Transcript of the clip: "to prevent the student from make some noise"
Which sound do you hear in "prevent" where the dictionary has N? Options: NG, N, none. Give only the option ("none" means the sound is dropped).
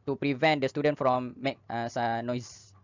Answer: N